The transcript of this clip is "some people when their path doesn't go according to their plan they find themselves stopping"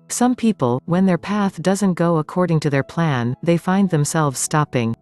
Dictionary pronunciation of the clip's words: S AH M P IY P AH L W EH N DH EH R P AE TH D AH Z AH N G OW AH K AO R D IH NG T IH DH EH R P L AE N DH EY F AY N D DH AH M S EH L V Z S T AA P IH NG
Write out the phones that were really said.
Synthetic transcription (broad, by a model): S AH M P IY P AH L W EH N DH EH R P AE TH D AH Z AH N G OW AH K AO R D IH NG T IH DH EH R P L AE N DH EY F AY N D DH AH M S EH L V Z S T AA P IH NG